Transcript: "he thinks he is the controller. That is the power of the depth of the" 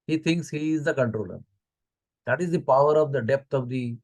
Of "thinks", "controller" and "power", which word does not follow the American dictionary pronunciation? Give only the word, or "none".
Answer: thinks